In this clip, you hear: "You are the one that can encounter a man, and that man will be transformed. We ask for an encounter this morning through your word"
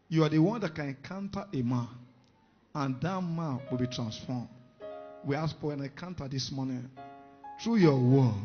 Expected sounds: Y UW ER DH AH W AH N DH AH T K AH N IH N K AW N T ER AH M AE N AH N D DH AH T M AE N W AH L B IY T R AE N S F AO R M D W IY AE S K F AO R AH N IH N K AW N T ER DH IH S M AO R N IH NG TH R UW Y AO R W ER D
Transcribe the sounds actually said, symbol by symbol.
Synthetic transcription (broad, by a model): Y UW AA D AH W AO N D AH T K AH N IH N K AW N T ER AH M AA N AH N D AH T M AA N W AH L B IY T R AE N S F AO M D W IY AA S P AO W AH N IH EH K AW N T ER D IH S M AO N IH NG T R UW Y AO W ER